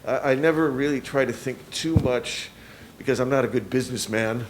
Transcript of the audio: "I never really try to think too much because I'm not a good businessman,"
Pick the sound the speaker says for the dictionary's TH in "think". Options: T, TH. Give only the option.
TH